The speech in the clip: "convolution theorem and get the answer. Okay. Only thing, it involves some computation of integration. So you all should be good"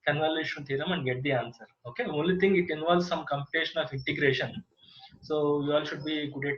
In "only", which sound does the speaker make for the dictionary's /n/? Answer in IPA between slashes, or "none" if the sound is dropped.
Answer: /n/